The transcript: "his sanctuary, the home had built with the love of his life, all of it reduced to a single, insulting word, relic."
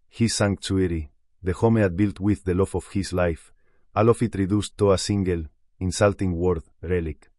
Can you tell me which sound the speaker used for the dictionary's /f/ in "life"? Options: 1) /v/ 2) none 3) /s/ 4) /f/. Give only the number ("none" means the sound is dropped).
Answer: 4